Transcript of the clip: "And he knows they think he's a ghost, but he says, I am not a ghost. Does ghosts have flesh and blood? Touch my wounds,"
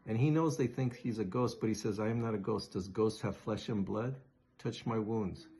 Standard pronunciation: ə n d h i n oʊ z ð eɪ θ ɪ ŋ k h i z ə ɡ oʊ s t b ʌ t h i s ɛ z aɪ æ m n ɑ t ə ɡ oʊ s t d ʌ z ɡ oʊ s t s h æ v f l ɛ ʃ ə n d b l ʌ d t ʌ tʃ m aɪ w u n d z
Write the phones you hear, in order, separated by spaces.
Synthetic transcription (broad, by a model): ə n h i n oʊ z ð eɪ θ ɪ ŋ k h i z ə ɡ oʊ s t b ʌ t h i s ɛ z aɪ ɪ m n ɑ t ə ɡ oʊ s d ʌ z ɡ oʊ s t h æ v f l ɛ ʃ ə n b l ʌ d t ʌ tʃ m aɪ w u n d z